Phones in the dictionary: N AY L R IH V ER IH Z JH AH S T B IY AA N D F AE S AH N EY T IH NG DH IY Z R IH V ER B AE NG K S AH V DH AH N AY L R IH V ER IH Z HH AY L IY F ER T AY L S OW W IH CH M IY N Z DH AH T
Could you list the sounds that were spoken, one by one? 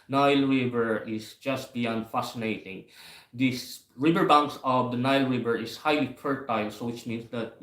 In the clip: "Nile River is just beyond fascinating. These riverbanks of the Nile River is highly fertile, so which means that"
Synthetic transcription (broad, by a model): N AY L R IH V ER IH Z JH AH S T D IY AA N F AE S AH N EY T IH NG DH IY S R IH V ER B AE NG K S AH V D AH N AY L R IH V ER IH S HH AY L IY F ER T AY L S OW W IH CH M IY N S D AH T